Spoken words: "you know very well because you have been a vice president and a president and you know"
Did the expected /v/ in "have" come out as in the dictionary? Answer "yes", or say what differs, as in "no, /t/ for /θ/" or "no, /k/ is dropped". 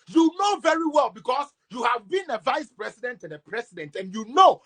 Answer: yes